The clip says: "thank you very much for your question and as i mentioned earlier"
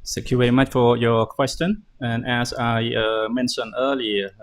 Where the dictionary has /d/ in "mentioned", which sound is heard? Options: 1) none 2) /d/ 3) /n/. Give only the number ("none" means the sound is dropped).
1